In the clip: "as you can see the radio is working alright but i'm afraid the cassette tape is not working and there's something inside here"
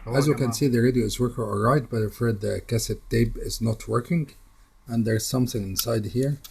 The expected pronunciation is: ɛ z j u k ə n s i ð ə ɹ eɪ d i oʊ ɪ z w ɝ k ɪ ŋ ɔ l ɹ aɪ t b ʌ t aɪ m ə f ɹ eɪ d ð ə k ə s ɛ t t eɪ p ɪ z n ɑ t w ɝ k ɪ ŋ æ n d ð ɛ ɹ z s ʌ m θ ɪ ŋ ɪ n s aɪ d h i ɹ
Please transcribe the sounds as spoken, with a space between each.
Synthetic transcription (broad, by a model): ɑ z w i k ə n s i ð ə ɹ eɪ d i oʊ ɪ z w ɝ k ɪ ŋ ɔ l ɹ aɪ t b ʌ t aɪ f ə ɹ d ð ə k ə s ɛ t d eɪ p ɪ z n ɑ t w ɝ k ɪ ŋ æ n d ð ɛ ɹ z s ʌ m θ ɪ ŋ ɪ n s aɪ d h i ɹ